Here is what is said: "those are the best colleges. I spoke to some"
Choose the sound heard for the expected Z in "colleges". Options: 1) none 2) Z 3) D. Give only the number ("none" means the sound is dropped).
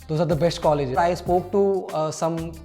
1